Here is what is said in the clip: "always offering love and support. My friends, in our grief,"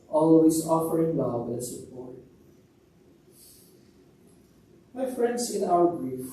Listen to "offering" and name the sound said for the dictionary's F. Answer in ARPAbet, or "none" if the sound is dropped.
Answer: F